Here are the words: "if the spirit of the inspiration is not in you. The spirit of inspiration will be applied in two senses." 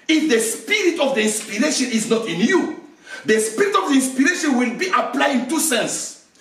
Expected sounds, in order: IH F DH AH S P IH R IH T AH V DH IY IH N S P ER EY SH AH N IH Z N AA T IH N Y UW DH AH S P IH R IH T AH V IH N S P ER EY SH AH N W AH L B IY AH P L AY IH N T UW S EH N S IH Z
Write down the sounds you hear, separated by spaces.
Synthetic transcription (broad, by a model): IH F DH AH S P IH R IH T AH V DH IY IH N S P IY EY SH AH N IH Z N AA T IH N Y UW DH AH S P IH R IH T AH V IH N S P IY EY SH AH N W AH L B IY AH P L AY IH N T UW S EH N S